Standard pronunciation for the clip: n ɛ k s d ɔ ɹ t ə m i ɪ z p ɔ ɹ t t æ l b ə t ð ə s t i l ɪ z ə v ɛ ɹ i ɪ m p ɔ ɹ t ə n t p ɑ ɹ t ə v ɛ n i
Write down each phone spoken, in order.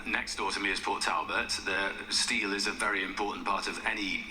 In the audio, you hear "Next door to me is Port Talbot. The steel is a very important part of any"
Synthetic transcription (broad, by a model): n ɛ k s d ɔ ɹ t ə m i ɪ z p ɔ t t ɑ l b ə t ð ə s t i l ɪ z ə v ɛ ɹ i ɪ m p ɔ t n p ɑ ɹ t ə v ɛ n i